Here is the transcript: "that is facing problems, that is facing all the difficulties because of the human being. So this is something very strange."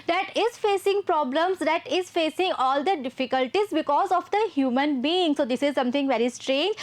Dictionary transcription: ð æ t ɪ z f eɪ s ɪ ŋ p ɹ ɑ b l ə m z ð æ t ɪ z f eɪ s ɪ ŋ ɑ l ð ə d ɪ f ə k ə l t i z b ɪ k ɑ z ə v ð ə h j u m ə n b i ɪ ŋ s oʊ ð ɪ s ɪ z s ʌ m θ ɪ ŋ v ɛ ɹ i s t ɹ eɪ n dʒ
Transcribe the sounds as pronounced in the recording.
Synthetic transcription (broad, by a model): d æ t ɪ z f eɪ s ɪ ŋ p ɹ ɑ b l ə m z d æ t ɪ z f eɪ s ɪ ŋ ɑ l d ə d ɪ f ə k ə l t i z b ɪ k ɑ z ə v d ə h j u m ə n b i ɪ ŋ s oʊ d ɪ s ɪ z s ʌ m t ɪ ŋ v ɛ ɹ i s t ɹ eɪ n dʒ